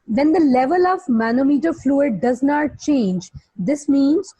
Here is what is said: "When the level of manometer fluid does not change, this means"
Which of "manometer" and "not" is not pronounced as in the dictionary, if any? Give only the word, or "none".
none